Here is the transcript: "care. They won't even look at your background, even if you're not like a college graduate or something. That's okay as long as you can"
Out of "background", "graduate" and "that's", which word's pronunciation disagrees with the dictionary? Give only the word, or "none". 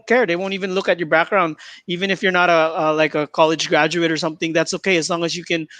none